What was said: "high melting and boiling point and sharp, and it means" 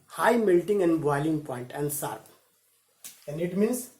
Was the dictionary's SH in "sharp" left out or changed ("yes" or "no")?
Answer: yes